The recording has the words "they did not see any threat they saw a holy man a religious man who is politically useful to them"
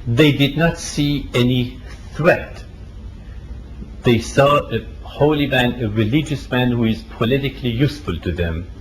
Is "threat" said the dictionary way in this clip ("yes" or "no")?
yes